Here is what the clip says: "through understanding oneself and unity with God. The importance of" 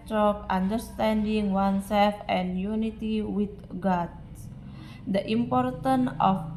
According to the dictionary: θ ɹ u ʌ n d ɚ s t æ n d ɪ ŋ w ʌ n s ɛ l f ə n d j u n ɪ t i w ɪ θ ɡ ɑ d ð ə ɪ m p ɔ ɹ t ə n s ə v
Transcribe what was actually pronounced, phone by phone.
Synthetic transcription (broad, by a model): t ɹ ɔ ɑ n d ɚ s t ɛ n d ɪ ŋ w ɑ n s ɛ l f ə n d j u n ɪ t i w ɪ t ɡ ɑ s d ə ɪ m p ɔ ɹ t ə n ə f